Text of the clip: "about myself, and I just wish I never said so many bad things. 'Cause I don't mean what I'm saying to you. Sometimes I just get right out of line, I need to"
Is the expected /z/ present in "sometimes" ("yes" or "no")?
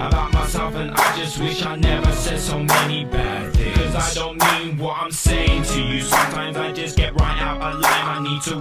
yes